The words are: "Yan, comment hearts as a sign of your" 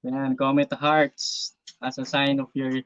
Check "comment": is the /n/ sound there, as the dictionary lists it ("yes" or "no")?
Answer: no